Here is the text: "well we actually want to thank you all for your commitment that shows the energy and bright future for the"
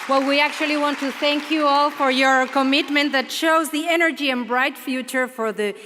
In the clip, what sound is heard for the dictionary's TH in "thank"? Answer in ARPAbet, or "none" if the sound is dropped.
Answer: TH